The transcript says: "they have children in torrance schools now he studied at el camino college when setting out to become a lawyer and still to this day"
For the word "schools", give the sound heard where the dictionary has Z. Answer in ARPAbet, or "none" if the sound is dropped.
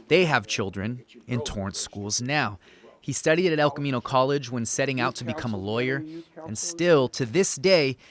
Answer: Z